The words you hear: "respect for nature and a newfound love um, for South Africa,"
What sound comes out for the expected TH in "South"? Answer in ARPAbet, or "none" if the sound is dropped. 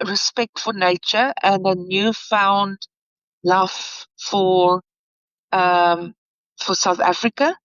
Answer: TH